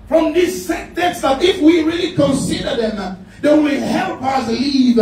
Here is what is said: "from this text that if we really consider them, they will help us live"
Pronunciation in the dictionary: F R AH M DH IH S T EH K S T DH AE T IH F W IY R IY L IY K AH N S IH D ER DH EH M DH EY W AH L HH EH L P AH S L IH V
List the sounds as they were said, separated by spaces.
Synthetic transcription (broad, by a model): F R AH M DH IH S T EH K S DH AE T IH F W IY R IY L IY K AH N S IH D ER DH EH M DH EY W AH L HH EH L P AH S L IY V